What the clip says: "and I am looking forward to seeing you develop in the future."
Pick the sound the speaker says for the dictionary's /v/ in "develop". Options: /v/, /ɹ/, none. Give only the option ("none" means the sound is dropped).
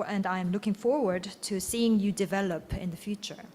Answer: /v/